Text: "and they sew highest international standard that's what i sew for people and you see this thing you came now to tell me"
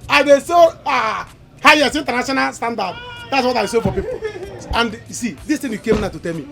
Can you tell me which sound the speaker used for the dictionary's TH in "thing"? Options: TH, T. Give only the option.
T